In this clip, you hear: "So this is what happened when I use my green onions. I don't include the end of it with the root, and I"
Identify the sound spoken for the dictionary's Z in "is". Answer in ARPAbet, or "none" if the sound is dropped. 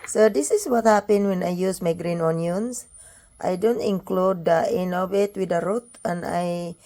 S